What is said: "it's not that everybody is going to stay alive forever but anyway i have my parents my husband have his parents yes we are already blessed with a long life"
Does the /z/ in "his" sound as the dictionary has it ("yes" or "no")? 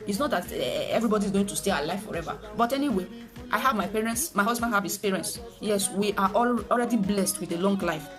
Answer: no